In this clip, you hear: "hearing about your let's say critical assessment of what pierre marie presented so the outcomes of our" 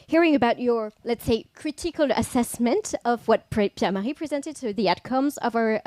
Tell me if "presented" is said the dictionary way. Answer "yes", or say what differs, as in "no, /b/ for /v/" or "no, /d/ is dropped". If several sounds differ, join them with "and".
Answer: yes